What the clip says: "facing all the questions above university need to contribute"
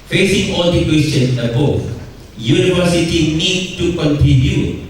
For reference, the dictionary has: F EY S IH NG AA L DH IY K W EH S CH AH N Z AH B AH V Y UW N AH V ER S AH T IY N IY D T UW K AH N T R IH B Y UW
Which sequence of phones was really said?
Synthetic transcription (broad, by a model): F EY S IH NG AA L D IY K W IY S AH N AH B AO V Y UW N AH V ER S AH T IY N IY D T UW K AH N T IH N Y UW